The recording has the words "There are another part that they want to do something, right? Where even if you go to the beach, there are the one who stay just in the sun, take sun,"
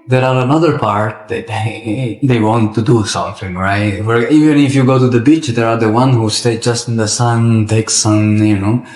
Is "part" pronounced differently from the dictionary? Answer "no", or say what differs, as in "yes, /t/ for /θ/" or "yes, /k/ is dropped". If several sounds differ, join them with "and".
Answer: no